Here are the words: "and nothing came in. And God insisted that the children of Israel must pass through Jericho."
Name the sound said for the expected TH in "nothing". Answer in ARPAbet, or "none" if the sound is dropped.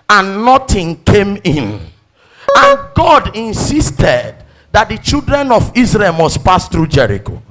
T